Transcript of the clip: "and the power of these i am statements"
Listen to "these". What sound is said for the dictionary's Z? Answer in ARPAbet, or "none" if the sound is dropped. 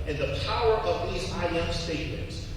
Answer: Z